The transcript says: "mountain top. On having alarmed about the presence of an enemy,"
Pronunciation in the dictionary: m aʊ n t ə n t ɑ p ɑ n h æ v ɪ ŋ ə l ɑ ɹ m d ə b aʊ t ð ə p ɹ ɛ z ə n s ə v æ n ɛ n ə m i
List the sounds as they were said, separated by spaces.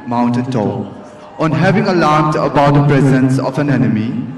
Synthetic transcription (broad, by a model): m aʊ n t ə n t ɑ ɑ n h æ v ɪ ŋ ə l ɑ ɹ m d ə b aʊ t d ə p ɹ ɛ z ə n s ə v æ n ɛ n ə m i